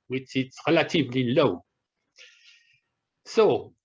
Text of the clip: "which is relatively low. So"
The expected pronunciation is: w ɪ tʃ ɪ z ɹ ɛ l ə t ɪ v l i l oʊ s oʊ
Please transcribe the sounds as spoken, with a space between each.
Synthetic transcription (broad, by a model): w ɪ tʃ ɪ s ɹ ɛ l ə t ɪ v l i l oʊ s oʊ